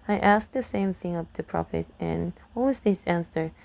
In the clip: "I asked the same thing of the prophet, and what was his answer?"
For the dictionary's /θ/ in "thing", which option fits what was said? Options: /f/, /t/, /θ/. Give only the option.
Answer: /θ/